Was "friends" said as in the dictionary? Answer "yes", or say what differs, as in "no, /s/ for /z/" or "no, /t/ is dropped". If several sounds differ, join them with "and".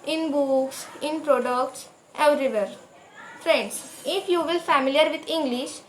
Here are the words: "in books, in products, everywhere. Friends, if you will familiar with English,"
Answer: no, /s/ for /z/